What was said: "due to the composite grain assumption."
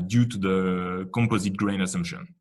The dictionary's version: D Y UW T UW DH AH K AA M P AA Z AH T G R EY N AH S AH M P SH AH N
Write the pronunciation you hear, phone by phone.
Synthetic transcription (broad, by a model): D Y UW T UW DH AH K AA M P AA Z AH T G R EY N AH S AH M P SH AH N